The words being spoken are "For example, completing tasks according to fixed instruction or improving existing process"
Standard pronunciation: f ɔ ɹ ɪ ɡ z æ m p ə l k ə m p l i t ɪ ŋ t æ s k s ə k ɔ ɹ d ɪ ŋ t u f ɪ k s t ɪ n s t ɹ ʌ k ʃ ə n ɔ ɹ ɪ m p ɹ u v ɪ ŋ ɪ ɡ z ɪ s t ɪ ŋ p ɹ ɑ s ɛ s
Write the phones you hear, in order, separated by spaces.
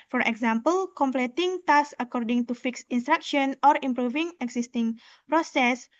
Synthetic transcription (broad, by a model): f ɔ ɹ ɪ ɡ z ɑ m p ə l k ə m p l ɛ t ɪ ŋ t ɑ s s ə k ɔ ɹ d ɪ ŋ t u f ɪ k s ɪ n s t ɹ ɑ k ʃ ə n ɔ ɹ ɪ m p ɹ u v ɪ ŋ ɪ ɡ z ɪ s t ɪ ŋ p ɹ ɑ s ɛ s